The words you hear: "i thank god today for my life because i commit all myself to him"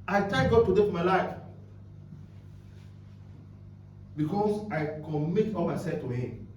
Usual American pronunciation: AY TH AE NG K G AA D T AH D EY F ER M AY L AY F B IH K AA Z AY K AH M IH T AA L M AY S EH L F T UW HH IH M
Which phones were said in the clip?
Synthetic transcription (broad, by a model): AY T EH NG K G AA D T AH D EY F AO M AY L AY F B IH K AA S AY K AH M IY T AA L M AY S EH L F T UW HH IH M